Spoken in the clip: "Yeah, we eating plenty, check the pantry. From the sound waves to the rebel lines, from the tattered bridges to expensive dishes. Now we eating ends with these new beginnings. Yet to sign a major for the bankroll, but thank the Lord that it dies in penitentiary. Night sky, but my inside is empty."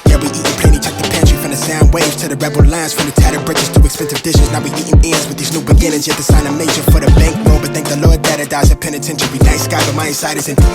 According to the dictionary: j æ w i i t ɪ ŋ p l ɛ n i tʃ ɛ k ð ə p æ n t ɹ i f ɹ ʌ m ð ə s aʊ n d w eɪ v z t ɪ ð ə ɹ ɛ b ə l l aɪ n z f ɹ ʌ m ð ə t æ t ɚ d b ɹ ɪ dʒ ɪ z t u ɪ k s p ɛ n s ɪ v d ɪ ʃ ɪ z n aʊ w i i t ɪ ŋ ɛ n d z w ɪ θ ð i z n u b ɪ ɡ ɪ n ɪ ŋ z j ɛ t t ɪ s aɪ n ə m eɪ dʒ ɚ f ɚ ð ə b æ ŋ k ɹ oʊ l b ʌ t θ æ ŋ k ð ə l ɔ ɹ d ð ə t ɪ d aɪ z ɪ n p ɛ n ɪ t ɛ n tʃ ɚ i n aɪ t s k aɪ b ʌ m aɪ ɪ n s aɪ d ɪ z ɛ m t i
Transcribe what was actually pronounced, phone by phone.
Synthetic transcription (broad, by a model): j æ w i i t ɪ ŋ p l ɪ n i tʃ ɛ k ð ə p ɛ n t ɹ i f ɹ ʌ m ð ə s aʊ n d w eɪ v z t ɪ ð ə ɹ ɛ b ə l l aɪ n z f ɹ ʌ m ð ə t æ t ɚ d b ɹ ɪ tʃ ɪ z t u ɪ k s p ɛ n s ɪ v d ɪ ʃ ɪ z n aʊ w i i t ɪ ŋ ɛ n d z w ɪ ð i z n u b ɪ ɡ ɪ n ɪ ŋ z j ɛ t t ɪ s aɪ n ə m eɪ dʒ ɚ f ɚ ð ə b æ ŋ k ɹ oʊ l b ʌ t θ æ ŋ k ð ə l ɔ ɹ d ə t ɪ d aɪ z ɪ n p ɛ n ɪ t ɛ n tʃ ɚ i n aɪ s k aɪ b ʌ m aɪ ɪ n s aɪ d ɪ z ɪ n